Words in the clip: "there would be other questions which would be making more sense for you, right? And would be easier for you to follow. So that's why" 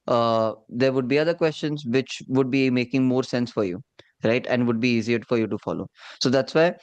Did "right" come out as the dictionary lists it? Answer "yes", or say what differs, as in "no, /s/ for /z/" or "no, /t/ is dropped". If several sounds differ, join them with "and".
yes